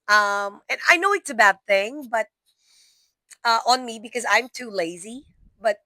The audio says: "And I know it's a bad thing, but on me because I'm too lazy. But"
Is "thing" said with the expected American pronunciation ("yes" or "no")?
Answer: yes